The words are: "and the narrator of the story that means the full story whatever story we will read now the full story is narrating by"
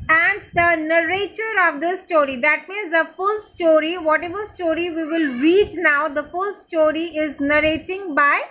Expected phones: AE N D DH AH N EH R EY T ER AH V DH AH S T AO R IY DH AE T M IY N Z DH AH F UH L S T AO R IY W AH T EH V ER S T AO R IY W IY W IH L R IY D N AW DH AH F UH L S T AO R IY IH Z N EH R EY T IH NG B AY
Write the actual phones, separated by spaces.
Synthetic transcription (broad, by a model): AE N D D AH N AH R EY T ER AH V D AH S T AO R IY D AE T M IY N Z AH F UH L S T AO R IY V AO T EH V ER S T AO R IY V IY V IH L R IY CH N AW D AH F UH L S T AO R IY IH Z N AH R EY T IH NG B AY